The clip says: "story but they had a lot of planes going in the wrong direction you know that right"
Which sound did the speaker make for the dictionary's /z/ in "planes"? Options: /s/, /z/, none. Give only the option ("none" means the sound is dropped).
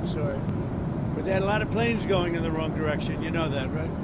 /z/